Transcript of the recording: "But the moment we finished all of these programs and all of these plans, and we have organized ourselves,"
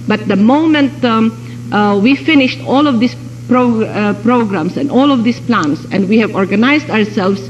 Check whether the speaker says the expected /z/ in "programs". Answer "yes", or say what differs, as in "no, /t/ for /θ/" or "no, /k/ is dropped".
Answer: no, /s/ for /z/